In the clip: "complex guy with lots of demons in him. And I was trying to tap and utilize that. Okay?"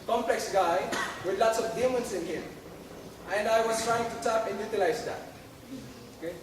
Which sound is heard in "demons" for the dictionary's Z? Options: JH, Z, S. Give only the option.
S